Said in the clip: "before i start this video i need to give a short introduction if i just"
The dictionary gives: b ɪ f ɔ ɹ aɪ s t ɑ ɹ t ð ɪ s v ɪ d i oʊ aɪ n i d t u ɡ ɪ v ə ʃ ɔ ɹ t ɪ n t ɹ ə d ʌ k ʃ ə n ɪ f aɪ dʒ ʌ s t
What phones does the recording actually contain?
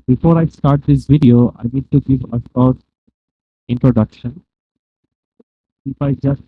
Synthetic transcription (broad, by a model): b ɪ f ɔ ɹ aɪ s t ɑ ɹ t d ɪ s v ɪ d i oʊ aɪ n i d t u ɡ ɪ v ə s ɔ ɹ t ɪ n t ɹ ə d ʌ k ʃ ə n ɪ f aɪ dʒ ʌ s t